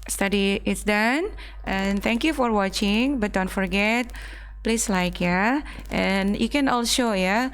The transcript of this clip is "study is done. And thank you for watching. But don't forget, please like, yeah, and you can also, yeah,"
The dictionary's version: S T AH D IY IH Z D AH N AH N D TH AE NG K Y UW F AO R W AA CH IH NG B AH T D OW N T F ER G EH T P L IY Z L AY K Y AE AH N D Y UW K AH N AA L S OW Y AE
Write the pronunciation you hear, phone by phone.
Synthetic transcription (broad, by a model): S T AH D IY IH S D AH N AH N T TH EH NG K Y UW F AO R W AA CH IH NG B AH T D OW N T F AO G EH T P L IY S L AY K Y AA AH N Y UW K AH N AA L SH OW Y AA